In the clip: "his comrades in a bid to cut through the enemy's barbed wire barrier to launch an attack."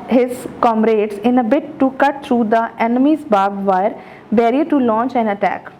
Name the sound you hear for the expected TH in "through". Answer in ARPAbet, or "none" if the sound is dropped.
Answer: T